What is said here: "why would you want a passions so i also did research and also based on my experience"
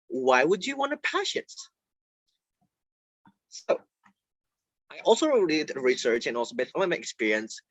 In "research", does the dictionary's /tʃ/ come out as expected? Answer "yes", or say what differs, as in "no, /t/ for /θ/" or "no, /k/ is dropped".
yes